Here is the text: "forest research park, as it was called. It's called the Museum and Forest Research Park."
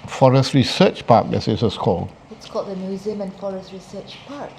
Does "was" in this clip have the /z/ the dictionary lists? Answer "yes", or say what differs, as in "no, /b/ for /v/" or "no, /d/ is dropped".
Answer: no, /s/ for /z/